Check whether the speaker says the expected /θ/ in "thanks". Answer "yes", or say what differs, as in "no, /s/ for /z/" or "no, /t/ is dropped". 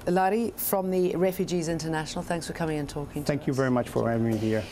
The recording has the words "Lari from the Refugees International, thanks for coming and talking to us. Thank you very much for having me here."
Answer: yes